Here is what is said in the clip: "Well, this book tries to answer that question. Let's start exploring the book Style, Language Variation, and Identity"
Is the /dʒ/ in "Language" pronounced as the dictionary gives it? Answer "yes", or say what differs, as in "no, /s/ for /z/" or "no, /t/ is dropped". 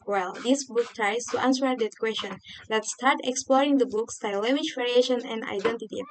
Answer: no, /ʃ/ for /dʒ/